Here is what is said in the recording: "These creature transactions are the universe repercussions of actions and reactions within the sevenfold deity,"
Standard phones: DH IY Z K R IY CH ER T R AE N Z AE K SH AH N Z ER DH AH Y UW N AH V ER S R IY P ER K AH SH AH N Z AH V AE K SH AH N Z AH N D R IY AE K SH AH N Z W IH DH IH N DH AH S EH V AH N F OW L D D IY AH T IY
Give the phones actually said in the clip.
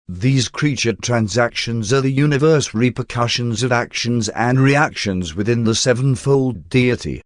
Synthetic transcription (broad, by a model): DH IY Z K R IY CH ER T R AE N Z AE K SH AH N Z ER DH AH Y UW N AH V ER S R IY P ER K AH SH AH N Z AH V AE K SH AH N Z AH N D R IY AE K SH AH N Z W IH DH IH N DH AH S EH V AH N F OW L D D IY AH T IY